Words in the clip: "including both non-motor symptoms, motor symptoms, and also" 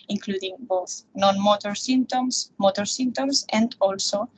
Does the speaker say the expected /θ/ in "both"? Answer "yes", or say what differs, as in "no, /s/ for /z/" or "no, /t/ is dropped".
yes